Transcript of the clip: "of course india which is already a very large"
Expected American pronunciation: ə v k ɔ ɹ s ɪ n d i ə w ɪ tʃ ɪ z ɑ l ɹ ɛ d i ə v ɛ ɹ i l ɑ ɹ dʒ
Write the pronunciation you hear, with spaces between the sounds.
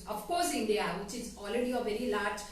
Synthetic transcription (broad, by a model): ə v k ɔ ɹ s ɪ n d i ə w ɪ tʃ ɪ z ɑ l ɹ ɛ d i ə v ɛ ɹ i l ɑ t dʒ